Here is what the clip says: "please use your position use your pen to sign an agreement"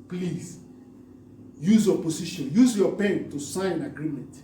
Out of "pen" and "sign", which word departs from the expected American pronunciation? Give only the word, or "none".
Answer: sign